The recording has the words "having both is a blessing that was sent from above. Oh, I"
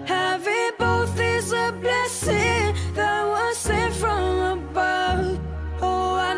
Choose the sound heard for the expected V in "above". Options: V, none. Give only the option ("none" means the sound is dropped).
none